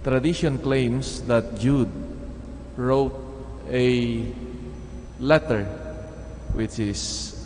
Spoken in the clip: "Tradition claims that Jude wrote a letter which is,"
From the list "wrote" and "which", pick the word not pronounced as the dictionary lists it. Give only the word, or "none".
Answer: none